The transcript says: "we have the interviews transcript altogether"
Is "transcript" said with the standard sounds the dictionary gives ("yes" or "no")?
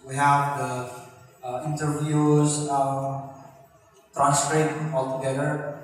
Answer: no